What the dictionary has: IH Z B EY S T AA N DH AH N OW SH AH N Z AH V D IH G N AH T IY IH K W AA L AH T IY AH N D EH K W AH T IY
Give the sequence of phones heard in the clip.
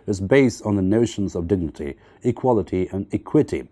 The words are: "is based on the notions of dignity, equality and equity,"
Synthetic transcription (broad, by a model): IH Z B EY S T N DH AH N OW SH AH N Z AH V D IH G N AH T IY IH K W AA L AH T IY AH N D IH K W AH T IY